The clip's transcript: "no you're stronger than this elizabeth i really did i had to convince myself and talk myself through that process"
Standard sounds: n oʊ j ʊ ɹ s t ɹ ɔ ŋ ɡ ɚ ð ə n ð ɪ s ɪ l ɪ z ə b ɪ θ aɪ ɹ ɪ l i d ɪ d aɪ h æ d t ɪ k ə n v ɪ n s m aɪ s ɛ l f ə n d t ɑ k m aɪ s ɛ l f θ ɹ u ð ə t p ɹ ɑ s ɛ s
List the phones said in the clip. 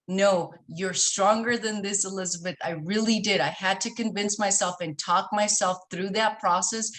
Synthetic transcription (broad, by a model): n oʊ j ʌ ɹ s t ɹ ɔ ŋ ɡ ɚ ð ə n ð ɪ s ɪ l ɪ z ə b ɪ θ aɪ ɹ ɪ l i d ɪ d aɪ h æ d t ɪ k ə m v ɪ n s m aɪ s ɛ l f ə n t ɑ k m aɪ s ɛ l f θ ɹ u ð ə t p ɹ ɑ s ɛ s